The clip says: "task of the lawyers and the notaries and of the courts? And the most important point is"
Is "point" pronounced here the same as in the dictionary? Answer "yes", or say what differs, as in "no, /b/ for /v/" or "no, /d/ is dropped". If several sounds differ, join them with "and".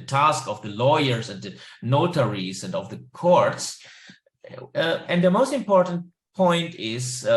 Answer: yes